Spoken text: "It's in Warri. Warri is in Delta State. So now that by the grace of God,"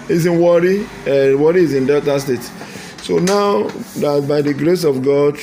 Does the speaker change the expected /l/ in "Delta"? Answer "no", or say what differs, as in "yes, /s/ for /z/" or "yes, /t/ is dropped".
yes, /l/ is dropped